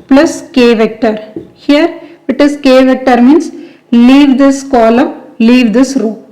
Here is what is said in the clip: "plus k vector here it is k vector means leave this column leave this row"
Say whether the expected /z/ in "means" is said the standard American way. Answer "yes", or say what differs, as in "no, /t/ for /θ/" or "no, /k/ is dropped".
no, /s/ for /z/